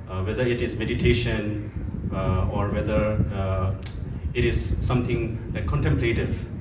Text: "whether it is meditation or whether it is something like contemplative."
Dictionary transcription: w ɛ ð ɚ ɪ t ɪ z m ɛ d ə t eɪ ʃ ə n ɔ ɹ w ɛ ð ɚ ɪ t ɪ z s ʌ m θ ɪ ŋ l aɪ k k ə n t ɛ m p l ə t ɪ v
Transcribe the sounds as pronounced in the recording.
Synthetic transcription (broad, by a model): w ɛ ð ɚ ɪ t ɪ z m ɛ d ə t eɪ ʃ ə n ɔ ɹ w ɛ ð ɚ ɪ t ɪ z s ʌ m t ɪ ŋ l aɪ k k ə n t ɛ m p l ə t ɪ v